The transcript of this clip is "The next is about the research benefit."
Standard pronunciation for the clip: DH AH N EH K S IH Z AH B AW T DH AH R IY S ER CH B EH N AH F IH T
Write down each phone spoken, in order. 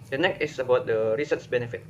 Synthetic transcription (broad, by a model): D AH N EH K IH S AH B AW T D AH R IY S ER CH B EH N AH F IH T